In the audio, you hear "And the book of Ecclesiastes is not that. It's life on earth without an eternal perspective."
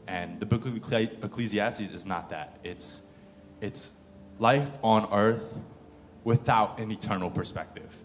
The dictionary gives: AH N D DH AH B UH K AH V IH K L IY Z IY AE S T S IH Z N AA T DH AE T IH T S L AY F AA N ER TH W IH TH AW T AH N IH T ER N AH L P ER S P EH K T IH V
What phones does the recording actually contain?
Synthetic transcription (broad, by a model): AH N DH AH B UH K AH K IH K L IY Z IY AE S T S IH Z N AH T DH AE T IH T S L AY F N ER TH W IH TH AW T AH N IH T ER N L P ER S P EH K T IH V